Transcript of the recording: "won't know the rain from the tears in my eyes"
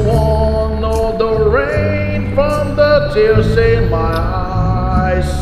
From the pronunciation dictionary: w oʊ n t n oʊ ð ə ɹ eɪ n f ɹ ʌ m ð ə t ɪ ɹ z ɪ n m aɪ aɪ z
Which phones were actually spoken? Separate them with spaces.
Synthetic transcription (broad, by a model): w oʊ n n oʊ ð ə ɹ eɪ n f ɹ ʌ m ð ə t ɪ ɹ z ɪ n m aɪ aɪ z